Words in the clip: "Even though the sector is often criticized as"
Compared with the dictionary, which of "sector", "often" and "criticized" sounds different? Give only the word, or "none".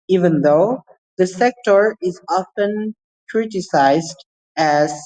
none